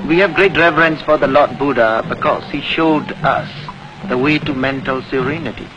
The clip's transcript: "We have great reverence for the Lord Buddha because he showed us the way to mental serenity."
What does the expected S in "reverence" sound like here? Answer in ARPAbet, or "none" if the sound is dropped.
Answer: S